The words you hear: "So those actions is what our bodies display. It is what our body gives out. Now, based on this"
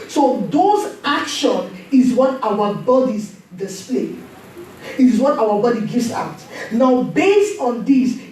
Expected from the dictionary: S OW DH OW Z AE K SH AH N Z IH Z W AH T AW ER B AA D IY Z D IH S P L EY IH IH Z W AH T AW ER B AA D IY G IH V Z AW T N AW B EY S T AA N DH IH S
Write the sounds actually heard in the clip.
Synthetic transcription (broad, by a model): S OW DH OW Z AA K SH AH N IH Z W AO T AW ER B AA D IY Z D IH S P L EY IH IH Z W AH T AW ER B AA D IY G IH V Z AW T N AW B EY S T AA N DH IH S